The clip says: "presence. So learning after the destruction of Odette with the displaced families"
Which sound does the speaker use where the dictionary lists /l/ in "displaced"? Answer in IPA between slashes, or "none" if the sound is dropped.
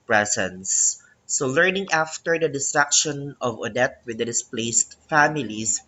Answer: /l/